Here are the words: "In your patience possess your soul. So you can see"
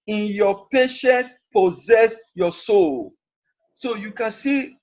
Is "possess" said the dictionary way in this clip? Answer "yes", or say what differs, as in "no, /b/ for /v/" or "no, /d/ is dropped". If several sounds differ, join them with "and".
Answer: yes